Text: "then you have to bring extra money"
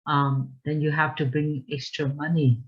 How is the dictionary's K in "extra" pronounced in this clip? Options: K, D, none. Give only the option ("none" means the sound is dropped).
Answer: K